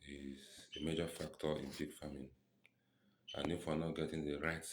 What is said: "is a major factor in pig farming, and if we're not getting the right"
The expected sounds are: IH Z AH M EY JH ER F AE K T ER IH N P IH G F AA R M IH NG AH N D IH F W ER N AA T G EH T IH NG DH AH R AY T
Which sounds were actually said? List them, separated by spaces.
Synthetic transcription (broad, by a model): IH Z AH M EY JH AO F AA K T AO IH N B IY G F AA M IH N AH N IH F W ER N AA T G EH T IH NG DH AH R AY T